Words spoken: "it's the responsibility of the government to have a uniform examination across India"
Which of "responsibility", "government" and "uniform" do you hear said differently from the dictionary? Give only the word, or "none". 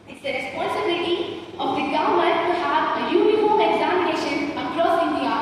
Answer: government